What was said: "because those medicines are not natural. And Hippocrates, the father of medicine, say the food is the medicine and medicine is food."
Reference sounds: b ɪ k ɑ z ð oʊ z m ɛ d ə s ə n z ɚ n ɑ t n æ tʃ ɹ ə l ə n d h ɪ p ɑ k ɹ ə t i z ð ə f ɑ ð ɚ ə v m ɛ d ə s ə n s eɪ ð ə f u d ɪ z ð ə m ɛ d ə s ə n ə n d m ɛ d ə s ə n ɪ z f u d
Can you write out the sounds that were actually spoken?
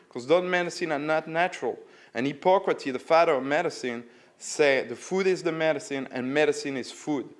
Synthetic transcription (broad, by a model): k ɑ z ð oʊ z m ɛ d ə s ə n ɚ n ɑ t n æ tʃ ɹ ə l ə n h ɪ p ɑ k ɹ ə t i ð ə f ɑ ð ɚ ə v m ɛ d ə s ə n s eɪ ð ə f u d ɪ z ð ə m ɛ d ə s ə n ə n m ɛ d ə s ə n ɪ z f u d